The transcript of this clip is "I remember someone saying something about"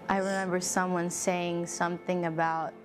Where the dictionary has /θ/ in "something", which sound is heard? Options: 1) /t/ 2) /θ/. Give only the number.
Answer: 2